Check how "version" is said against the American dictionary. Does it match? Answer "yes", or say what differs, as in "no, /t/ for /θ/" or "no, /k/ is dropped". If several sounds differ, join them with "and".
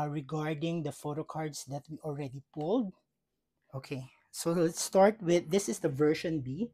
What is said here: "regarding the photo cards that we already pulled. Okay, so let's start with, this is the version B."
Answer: no, /ʃ/ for /ʒ/